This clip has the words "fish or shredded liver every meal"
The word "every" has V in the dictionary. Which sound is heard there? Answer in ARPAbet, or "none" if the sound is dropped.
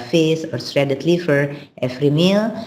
F